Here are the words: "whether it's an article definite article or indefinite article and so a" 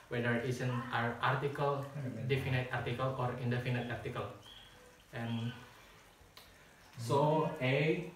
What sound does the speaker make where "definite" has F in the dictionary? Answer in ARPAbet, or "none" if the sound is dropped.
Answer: F